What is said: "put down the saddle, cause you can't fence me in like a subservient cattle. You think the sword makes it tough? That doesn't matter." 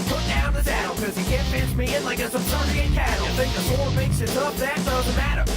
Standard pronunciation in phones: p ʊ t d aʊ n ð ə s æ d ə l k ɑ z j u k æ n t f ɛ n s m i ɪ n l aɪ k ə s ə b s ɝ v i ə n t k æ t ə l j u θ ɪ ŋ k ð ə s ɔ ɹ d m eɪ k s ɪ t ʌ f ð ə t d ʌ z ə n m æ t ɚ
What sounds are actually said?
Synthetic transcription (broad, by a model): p ʊ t d aʊ n ð ə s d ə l k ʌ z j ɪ k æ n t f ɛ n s m i ɪ n l aɪ k ə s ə s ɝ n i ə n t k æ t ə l θ ɪ ŋ k ð ə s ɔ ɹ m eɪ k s ɪ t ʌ p ð ə t d ʌ z ə n m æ t ɚ